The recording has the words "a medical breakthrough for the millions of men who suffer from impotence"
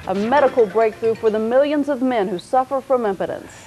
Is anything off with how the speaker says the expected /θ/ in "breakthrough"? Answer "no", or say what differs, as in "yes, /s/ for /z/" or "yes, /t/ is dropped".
no